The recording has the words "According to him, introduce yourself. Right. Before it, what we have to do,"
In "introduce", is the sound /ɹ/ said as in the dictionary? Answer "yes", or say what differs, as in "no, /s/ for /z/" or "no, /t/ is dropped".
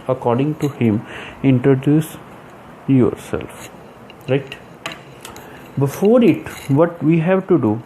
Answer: yes